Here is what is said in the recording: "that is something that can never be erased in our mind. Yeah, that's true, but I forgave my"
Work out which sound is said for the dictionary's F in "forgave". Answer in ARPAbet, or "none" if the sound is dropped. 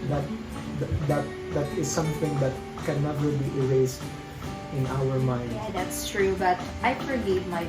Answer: P